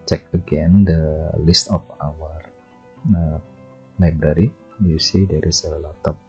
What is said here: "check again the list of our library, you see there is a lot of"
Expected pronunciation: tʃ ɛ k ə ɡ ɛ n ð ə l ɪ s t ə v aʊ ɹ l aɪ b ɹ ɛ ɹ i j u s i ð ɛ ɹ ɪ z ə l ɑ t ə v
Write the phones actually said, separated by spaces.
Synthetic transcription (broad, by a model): tʃ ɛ k ə ɡ ɛ n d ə l ɪ s t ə f aʊ ɹ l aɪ b ɹ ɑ ɹ i j u s i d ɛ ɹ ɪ s ə l ɑ t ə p